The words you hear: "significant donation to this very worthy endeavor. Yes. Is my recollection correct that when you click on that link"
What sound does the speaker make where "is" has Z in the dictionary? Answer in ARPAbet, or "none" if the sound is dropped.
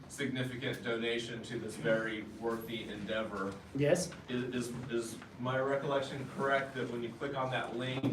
Z